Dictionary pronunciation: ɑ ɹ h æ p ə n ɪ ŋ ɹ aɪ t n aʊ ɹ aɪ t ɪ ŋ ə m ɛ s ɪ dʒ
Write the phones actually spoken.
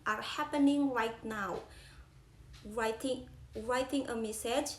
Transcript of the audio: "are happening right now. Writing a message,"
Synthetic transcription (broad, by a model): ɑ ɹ h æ p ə n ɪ ŋ ɹ aɪ t n aʊ ɹ aɪ t ɪ ŋ ə m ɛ s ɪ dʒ